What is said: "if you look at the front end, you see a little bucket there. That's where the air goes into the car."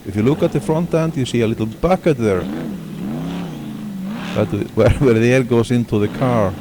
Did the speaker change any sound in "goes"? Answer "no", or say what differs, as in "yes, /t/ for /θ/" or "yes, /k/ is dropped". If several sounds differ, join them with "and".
yes, /s/ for /z/